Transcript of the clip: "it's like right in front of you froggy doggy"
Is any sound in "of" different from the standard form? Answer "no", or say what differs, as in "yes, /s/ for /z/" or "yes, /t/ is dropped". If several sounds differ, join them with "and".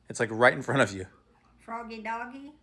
no